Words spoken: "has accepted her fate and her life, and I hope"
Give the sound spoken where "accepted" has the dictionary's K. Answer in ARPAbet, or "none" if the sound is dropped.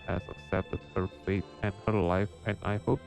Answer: none